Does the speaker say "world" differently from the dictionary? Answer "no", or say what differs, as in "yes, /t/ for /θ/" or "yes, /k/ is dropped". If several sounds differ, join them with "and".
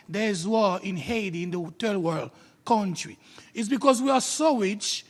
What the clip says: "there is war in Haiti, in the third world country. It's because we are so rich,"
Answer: no